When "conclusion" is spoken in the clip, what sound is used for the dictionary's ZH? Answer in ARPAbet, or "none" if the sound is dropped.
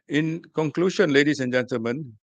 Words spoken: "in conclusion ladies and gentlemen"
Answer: SH